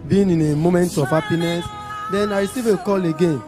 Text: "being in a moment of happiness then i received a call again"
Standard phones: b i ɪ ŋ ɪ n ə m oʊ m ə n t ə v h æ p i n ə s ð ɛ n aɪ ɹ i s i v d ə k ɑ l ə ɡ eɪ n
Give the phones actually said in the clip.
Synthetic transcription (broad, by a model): b i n ɪ n ə m oʊ m ə n t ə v h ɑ p i n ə s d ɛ n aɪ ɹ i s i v ə k ɑ l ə ɡ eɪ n